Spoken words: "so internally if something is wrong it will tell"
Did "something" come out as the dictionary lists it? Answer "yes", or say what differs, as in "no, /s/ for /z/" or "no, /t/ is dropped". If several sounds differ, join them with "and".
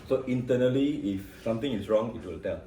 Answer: no, /t/ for /θ/